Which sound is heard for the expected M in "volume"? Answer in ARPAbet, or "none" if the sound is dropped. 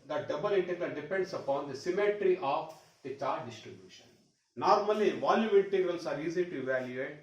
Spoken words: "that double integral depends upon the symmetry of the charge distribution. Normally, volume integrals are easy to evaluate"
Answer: none